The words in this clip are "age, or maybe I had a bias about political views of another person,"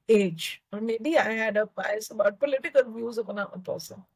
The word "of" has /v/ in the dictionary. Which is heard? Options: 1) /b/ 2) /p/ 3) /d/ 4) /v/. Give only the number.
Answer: 2